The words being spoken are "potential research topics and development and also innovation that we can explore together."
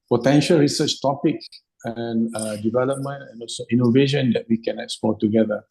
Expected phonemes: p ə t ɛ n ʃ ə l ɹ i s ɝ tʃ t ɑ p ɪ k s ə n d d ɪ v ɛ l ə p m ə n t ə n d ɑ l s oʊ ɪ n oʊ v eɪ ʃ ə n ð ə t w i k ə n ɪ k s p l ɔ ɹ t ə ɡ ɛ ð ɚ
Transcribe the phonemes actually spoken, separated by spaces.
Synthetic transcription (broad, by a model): p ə t ɛ n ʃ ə l ɹ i s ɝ tʃ t ɑ p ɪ k ə n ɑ d ɪ v ɛ l ə p m ə n t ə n ɑ l s oʊ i n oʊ v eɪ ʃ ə n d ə t w i k ə n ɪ k s p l ɔ t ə ɡ ɛ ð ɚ